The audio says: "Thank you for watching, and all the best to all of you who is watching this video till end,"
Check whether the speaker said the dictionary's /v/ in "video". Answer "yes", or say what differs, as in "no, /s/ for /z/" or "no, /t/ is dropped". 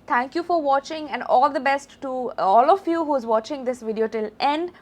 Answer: yes